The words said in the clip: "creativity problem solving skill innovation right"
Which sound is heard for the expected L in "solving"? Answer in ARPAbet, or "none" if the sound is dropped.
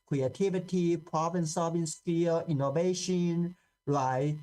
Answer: none